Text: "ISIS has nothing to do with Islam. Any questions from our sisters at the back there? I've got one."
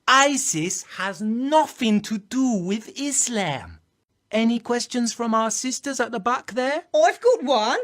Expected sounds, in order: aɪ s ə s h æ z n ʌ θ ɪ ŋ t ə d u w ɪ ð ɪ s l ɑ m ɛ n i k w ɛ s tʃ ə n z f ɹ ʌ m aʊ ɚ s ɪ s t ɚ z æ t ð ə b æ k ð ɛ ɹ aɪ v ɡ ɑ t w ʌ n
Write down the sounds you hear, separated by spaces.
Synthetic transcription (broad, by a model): aɪ s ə s h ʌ z n ʌ θ ɪ ŋ t ə d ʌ w ɪ ð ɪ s l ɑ m ɛ n i k w ɛ s tʃ ə n z f ɹ ʌ m aʊ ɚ s ɪ s t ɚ z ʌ t ð ə b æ k ð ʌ ɹ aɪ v ɡ ɑ t w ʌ n